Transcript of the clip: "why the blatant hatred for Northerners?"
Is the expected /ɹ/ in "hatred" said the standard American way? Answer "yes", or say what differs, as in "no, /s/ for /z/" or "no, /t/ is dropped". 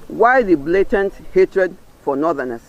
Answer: yes